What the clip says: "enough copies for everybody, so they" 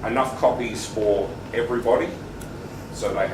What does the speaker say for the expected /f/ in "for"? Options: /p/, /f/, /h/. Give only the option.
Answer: /f/